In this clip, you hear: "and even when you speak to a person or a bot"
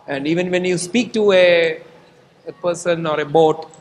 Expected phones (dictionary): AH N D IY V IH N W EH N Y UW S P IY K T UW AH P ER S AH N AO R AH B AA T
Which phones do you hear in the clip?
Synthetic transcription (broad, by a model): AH N D IY V IH N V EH N Y UW S P IY K T UW AH P ER S AH N AO R AH B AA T